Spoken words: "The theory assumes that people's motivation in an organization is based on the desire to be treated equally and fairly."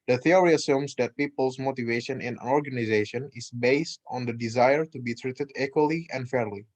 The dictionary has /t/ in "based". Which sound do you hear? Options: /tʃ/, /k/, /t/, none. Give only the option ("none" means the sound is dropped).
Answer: /t/